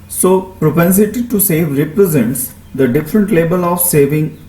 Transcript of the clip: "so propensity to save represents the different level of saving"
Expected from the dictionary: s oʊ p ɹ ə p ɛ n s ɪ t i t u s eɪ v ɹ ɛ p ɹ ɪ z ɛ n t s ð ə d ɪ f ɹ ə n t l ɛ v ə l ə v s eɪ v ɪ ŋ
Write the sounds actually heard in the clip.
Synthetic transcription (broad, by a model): s oʊ p ɹ ə p ɛ n s ɪ t i t u s eɪ v ɹ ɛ p ɹ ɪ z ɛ n t s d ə d ɪ f ɹ ə n t l ɛ b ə l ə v s eɪ v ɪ ŋ